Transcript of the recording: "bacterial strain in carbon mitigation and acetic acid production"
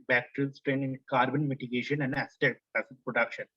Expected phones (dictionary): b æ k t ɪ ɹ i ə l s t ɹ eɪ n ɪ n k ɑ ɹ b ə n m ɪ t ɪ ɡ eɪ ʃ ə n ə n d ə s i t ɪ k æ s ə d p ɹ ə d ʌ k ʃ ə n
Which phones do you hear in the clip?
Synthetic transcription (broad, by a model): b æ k t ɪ ɹ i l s t ɹ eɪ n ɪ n k ɑ ɹ b ə n m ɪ t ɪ ɡ eɪ ʃ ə n ə n d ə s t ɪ æ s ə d p ɹ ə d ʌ k ʃ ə n